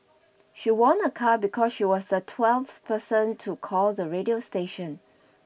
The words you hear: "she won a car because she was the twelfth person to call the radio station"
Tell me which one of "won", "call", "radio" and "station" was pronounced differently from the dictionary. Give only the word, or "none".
none